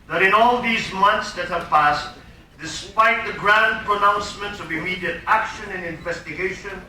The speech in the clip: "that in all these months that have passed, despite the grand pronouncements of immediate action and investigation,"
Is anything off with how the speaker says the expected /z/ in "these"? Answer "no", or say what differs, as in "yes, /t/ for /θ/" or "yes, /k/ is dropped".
no